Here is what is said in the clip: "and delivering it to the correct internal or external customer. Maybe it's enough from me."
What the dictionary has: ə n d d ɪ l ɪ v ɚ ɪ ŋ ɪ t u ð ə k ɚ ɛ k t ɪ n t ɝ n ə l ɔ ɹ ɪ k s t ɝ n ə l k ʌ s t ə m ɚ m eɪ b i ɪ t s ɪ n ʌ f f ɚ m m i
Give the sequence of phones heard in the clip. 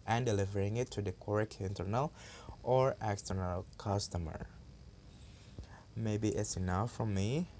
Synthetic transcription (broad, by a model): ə n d d ɪ l ɪ v ɚ ɪ ŋ ɪ t u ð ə k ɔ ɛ k ɪ n t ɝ n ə l ɔ ɹ ɪ k s t ɝ n ə l k ʌ s t ə m ɚ m eɪ b i ɪ t s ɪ n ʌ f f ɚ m m i